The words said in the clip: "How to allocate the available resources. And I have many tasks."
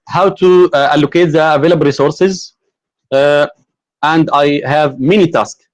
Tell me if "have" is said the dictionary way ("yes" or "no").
yes